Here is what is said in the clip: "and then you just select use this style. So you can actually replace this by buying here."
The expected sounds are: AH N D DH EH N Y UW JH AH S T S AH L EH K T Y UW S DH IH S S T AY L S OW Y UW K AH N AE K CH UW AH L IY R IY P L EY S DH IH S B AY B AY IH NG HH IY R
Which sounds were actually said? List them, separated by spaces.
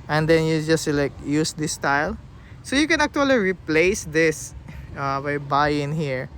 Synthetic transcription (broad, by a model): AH N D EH N Y UW JH AH S T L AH IH K Y UW S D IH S S T AY L S OW Y UW K AH N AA K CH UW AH L IY R IY P L EY S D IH S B AY B AY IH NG HH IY R